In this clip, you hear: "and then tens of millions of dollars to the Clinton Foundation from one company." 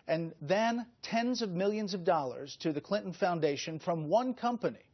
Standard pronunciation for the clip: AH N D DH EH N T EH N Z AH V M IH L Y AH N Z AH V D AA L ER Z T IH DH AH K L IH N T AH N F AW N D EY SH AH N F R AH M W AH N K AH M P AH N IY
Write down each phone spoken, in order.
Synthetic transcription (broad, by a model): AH N DH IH N T EH N Z AH V M IH L Y AH N Z AH V D AA L ER Z T IH DH AH K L IH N T N F AW N D EY SH AH N F R AH M W AH N K AH M P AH N IY